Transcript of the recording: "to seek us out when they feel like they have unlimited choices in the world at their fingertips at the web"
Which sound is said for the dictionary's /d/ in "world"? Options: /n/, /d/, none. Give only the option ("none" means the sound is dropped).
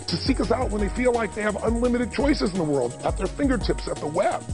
/d/